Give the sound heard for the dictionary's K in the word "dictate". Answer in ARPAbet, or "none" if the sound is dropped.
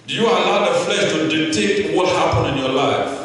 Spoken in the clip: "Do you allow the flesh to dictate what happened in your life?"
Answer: none